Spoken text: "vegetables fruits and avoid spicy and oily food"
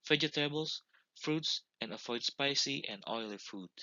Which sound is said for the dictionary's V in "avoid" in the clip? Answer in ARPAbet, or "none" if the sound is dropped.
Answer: F